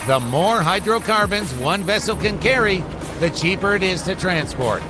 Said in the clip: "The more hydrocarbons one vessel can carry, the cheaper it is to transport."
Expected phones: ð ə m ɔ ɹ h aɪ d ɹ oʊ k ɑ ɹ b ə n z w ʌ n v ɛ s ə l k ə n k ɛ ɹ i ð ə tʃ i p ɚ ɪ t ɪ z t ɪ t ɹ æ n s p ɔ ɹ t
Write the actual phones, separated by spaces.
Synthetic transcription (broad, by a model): ð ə m ɔ ɹ h aɪ d ɹ oʊ k ɑ ɹ b ə n z w ʌ n v ɛ s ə l k ə n k ɛ ɹ i ð ə tʃ i p ɚ ɪ t ɪ z t ɪ t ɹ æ n s p ɔ ɹ t